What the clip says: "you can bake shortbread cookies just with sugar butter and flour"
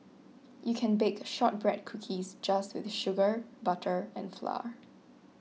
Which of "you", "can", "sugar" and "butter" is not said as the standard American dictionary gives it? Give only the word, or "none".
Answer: none